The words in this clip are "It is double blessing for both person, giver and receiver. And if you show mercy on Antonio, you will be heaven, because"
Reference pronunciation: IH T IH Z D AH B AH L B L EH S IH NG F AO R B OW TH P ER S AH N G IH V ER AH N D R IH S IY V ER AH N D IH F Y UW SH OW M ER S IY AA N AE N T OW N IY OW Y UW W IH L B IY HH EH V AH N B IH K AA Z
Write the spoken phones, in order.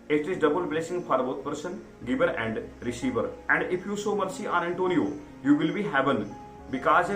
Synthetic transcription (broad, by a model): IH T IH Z D AH B AH L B L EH S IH NG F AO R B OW T P ER S AH N G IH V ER AH N D R IH S IY V ER AH N D IH F Y UW S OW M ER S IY AA N AE N T OW N IY OW Y UW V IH L B IY HH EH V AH N B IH K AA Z